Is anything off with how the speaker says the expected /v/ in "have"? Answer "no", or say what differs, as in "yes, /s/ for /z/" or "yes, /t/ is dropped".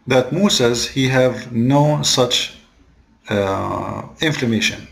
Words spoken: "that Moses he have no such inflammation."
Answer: no